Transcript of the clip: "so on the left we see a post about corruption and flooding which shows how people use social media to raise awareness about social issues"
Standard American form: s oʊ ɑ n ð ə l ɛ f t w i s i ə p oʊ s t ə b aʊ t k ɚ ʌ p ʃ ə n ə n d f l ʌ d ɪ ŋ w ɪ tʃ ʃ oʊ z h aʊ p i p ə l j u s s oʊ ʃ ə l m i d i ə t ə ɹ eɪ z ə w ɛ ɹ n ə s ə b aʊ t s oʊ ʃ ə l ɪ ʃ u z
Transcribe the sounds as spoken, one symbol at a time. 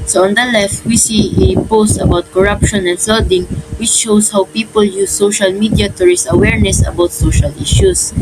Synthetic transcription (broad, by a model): s oʊ ɑ n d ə l ɛ f t w i s i ə p oʊ s t ə b aʊ t k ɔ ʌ p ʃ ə n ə n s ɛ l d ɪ ŋ w ɪ tʃ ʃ oʊ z h aʊ p i p ə l j u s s oʊ ʃ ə l m i d i ə t ə ɹ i s ə w ɛ ɹ n ə s ə b aʊ t s oʊ ʃ ə l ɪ ʃ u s